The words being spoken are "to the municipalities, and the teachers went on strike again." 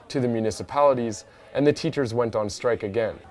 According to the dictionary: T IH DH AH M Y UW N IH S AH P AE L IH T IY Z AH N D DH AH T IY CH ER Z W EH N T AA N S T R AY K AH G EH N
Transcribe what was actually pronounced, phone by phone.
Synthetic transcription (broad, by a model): T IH DH AH M Y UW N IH S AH P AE L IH T IY Z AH N DH AH T IY CH ER Z W EH N T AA N S T R AY K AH G EH N